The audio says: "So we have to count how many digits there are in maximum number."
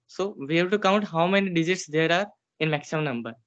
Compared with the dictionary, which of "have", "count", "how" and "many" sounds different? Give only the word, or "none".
have